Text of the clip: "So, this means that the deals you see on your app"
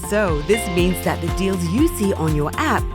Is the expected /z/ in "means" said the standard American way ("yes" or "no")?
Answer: yes